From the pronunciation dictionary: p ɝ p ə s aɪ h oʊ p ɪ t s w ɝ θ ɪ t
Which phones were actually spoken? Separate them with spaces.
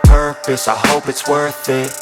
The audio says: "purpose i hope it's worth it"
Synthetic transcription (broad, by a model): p ɝ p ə s aɪ h oʊ p ɪ t s w ɝ θ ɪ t